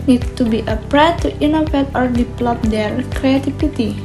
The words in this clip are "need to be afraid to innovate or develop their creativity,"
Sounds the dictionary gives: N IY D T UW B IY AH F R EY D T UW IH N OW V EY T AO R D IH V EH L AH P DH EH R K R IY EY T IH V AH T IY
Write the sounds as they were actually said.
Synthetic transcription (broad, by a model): N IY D T UW B IY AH P R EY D T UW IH N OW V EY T AO R D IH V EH L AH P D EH R K R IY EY T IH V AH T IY